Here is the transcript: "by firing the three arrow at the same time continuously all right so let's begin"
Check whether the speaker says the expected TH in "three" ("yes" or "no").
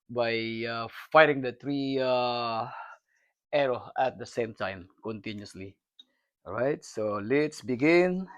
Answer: no